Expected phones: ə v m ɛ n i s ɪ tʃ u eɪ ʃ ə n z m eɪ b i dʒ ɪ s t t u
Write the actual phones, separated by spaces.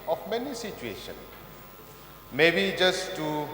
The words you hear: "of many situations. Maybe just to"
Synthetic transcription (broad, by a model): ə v m ɛ n i s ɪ tʃ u eɪ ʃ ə n m eɪ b i dʒ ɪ s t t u